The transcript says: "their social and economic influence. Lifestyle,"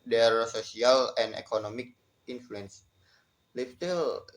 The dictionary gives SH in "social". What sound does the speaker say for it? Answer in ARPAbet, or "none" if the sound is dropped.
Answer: S